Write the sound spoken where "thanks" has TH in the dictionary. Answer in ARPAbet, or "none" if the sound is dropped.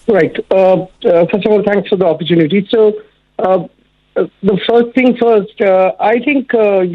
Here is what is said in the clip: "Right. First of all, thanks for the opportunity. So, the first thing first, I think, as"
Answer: T